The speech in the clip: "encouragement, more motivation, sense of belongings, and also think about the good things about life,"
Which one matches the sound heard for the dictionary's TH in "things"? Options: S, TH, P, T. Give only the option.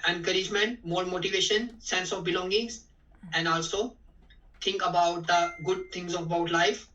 T